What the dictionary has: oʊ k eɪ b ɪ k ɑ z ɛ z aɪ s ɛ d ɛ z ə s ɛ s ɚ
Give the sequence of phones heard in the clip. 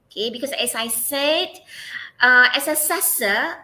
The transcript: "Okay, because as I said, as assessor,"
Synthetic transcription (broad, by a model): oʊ k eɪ b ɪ k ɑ s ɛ s aɪ s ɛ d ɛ s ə s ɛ s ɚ